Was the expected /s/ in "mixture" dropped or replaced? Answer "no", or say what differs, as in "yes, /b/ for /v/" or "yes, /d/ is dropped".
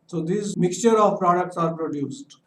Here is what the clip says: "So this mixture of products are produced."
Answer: no